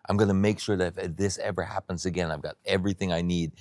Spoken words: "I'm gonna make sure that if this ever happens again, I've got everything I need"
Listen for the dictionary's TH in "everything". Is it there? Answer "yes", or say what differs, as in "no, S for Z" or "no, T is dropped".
yes